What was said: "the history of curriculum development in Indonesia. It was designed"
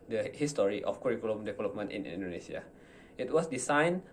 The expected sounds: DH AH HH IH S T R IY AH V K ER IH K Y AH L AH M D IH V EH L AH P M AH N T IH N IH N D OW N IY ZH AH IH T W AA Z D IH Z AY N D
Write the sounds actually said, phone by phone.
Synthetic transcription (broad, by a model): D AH HH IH S T R IY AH F K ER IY K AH L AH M D IH V EH L AH P M AH N T IH N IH N D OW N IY S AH IH T W AA S D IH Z AY N